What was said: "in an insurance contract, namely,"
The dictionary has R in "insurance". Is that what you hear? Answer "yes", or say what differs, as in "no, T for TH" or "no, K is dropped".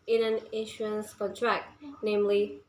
no, R is dropped